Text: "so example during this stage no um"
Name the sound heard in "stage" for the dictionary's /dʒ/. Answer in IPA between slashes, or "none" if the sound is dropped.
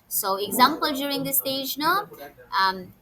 /dʒ/